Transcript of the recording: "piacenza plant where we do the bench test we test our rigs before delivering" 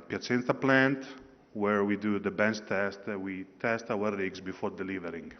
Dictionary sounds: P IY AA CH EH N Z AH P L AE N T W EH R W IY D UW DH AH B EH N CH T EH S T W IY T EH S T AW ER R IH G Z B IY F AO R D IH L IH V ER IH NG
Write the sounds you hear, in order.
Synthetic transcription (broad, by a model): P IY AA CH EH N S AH P L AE N T W EH R W IY D UW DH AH B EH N S T EH S T W IY T EH S T AW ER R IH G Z B IY F AO R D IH L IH V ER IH NG